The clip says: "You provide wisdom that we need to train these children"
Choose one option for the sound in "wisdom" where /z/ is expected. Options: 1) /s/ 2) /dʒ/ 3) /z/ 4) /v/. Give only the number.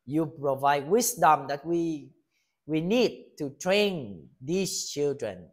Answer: 1